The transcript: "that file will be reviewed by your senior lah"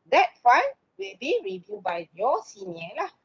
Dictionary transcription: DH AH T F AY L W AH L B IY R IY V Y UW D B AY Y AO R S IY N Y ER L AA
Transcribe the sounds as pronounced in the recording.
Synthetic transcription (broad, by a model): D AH T F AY N W AH L B IY R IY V Y UW B AY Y AO S IY N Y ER L AA